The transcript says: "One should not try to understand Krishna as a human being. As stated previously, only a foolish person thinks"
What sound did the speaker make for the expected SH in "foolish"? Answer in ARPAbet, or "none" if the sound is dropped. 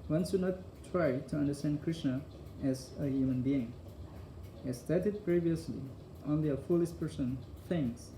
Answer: S